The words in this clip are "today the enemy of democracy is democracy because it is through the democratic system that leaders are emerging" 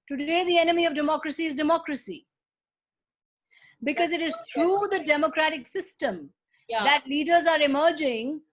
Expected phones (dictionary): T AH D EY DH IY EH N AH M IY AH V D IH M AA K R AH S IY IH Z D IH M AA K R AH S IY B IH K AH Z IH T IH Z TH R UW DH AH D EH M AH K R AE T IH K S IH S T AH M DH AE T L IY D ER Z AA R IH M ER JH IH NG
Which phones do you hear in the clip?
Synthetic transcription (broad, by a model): T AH D EY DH IY EH N AH M IY AH V D IH M AA K R AH S IY IH Z D IH M AA K R AH S IY B IH K AH Z IH T IH Z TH R UW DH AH D EH M AH K R AE T IH K S IH S T AH M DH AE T L IY D ER Z AA R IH M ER JH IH NG